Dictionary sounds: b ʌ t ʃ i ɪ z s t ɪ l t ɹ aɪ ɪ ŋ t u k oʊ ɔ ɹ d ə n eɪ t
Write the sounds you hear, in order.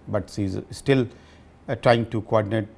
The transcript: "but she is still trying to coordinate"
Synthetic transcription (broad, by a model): b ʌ t s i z s t ɪ l t ɹ aɪ ɪ ŋ t u k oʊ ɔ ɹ d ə n eɪ t